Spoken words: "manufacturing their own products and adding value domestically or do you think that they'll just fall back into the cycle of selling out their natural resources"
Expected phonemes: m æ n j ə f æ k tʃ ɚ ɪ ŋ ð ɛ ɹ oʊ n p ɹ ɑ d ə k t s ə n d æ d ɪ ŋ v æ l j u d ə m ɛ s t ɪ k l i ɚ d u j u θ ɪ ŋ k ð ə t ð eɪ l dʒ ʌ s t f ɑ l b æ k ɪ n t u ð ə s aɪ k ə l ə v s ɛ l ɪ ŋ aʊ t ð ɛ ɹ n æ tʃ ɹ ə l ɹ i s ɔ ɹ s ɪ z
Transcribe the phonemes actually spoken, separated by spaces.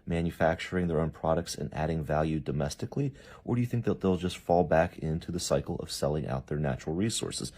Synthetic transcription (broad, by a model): m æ n j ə f æ k tʃ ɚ ɪ ŋ ð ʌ ɹ oʊ n p ɹ ɑ d ə k t s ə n æ d ɪ ŋ v æ l j u d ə m ɛ s t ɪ k l i ɚ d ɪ j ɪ θ ɪ ŋ k ð ə t ð eɪ l dʒ ʌ s t f ɑ l b æ k ɪ n t u ð ə s aɪ k l ə v s ɛ l ɪ ŋ aʊ t ð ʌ ɹ n æ tʃ ɹ l ɹ i s ɔ ɹ s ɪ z